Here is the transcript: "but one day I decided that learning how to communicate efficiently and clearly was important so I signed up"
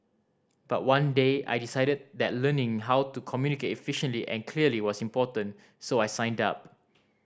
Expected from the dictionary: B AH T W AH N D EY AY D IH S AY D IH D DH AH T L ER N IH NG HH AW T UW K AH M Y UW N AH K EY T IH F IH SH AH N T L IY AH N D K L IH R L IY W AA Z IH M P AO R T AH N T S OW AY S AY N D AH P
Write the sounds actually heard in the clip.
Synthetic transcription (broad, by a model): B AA T W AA N D EY AY D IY S AY D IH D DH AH T L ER N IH NG HH AW T UW K AH M Y UW N AH K EY T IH F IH SH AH N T L IY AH N K L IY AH L IY W AA S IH M P AO T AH N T S OW AY S AY N D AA P